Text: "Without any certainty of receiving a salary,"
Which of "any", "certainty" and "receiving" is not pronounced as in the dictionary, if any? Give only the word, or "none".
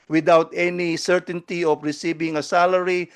receiving